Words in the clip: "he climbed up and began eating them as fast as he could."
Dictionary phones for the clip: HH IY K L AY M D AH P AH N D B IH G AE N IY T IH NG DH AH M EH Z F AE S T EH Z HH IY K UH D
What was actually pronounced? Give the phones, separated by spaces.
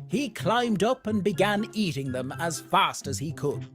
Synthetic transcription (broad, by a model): HH IY K L AY M D AH P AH N B IH G AE N IY T IH NG DH AH M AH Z F AE S T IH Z IY K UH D